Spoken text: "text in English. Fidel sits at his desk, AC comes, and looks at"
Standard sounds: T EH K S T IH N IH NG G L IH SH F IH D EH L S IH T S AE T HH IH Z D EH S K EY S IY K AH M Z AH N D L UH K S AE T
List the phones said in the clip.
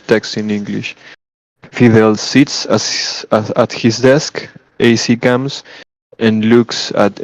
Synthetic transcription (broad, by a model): T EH K S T IH N IH NG G L IH SH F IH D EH L S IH T S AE T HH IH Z D EH S K EY S IY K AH M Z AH N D L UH K S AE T